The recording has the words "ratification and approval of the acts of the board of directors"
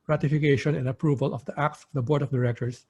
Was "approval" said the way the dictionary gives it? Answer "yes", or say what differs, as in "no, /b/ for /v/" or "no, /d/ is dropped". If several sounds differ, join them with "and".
yes